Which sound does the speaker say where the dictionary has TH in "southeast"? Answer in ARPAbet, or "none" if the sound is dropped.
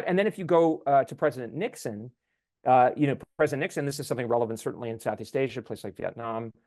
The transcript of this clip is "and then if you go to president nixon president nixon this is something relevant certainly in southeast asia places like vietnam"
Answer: TH